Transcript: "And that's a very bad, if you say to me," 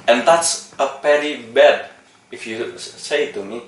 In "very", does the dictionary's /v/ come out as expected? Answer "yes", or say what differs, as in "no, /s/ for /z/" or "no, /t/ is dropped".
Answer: no, /p/ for /v/